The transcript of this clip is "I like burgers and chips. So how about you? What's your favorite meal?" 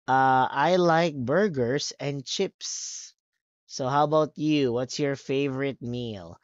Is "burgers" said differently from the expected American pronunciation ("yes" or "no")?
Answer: yes